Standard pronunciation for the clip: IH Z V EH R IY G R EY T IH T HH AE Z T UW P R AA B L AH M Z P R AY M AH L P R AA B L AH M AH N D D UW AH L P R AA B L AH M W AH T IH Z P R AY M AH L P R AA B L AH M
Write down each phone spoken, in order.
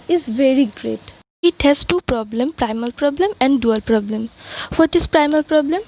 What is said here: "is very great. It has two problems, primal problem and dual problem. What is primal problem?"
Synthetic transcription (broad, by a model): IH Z V EH R IY G R EY T IH T HH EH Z T UW P R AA B L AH M P R AY M AH L P R AA B L AH M AH N D D UW AH L P R AA B L AH M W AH T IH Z P R AY M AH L P R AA B L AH M